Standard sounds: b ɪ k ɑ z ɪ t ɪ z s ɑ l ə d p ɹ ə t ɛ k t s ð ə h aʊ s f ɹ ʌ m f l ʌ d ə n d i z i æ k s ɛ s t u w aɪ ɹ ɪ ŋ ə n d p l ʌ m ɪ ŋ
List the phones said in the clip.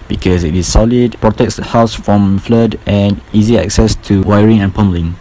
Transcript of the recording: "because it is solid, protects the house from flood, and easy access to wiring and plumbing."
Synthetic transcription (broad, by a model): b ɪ k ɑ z ɪ t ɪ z s ɑ l ə d p ɹ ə t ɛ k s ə h aʊ s f ɹ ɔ m f l ʌ d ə n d i z i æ k s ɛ s t u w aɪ ɹ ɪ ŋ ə n p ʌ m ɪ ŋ